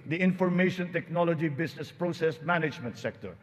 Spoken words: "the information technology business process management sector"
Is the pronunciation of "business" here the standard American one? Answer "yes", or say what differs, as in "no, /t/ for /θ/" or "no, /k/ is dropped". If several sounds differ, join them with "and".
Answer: no, /s/ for /z/